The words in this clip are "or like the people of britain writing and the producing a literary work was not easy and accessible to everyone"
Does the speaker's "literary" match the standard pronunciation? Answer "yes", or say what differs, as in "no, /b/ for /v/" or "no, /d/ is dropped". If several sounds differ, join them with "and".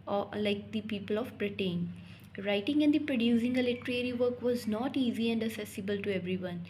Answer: yes